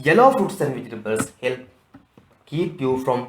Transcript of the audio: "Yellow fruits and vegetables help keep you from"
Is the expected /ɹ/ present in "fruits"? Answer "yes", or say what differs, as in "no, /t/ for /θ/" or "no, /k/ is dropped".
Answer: no, /ɹ/ is dropped